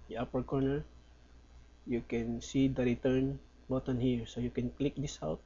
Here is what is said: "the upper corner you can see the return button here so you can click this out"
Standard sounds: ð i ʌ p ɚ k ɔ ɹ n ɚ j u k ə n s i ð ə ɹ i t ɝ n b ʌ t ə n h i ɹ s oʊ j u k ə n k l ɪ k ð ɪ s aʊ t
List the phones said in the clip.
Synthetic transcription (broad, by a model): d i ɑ p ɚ k ɔ ɹ n ɚ j u k ə n s i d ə ɹ i t ɝ n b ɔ t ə n h i ɹ s oʊ j u k ə n k l ɪ k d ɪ s aʊ t